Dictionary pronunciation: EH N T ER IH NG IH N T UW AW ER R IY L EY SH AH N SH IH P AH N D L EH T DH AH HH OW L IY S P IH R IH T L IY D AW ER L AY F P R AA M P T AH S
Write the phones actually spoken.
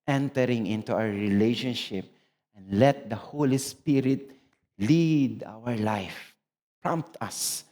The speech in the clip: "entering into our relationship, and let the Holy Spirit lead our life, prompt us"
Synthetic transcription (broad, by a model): EH N T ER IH NG IH N T UW AW ER R IY L EY SH AH N SH IH P AH N D L EH T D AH HH OW L IY S P IH R IH T L IY D AW ER L AY F P R AA M P T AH S